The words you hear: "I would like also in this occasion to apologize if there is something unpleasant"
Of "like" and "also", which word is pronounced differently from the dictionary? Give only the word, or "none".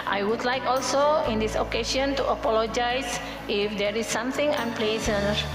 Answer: none